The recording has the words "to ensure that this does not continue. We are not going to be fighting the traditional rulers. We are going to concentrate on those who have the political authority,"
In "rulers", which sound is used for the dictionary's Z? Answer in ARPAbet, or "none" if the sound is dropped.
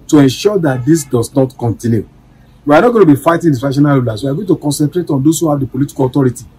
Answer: S